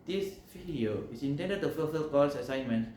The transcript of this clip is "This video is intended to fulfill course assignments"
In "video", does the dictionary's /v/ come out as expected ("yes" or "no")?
no